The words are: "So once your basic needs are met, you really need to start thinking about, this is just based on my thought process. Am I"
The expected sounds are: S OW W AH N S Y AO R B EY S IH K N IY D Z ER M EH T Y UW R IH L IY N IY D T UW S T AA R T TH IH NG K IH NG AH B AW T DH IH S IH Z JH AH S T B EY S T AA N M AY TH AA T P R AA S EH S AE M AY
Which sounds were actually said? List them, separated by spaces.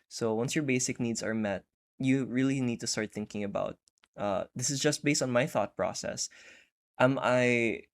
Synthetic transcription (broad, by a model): S OW W AH N S Y AO R B EY S IH K N IY D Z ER M EH T Y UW R IH L IY N IY D T UW S T AA R T TH IH NG K IH NG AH B AW T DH IH S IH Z JH AH S T B EY S T AA N M AY TH AA T P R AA S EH S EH M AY